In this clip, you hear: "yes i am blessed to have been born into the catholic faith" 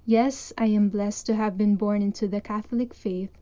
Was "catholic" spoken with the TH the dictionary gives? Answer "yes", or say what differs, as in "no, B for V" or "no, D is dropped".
yes